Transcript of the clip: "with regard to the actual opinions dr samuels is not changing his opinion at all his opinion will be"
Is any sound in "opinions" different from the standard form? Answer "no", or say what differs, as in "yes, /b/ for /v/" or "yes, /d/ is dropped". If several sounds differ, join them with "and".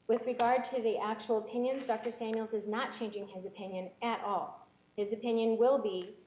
no